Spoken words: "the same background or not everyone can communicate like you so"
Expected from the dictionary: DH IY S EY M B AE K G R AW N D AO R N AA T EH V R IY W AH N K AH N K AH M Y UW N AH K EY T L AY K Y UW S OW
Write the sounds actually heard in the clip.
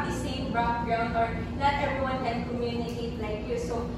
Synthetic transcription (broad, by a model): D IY S EY M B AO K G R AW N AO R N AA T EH R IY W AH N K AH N K AH M Y UW N AH K EY T L AY K Y UW S OW